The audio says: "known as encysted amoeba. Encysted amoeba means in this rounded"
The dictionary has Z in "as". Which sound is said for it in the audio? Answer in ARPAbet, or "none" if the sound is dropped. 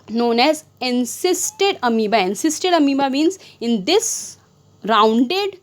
Z